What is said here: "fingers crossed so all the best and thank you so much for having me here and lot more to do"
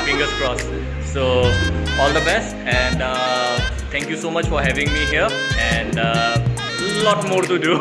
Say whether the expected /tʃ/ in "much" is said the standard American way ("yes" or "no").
yes